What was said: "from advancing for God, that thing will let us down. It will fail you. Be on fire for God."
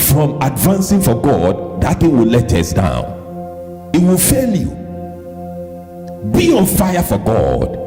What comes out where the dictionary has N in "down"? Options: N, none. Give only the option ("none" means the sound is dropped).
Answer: N